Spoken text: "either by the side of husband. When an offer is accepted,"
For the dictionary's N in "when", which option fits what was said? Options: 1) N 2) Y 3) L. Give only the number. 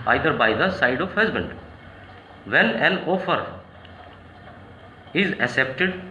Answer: 3